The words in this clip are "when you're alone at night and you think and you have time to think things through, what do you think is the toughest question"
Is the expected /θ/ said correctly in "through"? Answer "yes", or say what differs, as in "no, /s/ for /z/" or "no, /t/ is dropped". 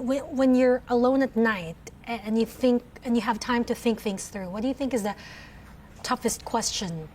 yes